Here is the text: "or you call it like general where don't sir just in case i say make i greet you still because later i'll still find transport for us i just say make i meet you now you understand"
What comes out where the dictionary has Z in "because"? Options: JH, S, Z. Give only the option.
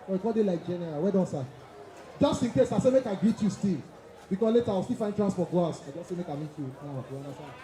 S